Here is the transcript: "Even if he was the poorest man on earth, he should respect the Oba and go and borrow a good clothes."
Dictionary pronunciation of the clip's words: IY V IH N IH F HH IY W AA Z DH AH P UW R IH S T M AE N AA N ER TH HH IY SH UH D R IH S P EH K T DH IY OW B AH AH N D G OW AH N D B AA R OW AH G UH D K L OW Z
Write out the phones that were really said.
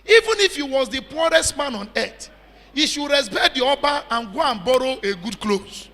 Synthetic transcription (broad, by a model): IY V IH N IH F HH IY W AA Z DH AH P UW R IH S T M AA N AA N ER T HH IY SH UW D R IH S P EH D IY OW B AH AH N G OW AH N B AA R OW AH G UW D K L OW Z